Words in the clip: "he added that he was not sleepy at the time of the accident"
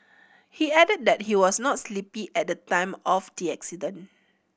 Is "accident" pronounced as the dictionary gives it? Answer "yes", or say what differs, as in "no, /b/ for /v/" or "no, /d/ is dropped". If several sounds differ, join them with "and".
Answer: no, /t/ is dropped